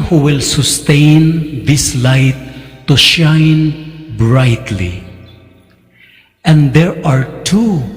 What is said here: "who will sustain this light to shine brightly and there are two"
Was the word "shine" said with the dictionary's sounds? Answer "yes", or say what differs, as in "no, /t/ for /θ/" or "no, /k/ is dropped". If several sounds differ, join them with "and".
yes